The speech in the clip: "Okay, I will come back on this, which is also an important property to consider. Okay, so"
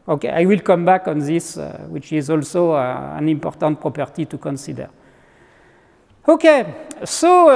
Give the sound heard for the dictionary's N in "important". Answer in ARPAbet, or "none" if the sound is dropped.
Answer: N